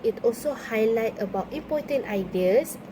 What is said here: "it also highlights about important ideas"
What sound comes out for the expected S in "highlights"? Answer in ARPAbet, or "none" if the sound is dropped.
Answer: none